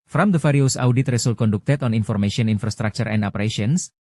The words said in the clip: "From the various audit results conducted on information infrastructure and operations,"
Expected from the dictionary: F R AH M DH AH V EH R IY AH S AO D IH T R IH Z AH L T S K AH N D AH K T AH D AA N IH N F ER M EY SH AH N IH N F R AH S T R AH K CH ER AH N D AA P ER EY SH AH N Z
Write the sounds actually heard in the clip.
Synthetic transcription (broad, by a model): F R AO M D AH F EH R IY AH S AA D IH T R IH S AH L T K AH N D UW K T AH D AA N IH N F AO M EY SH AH N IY N F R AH S T R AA K CH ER AH N D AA P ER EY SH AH N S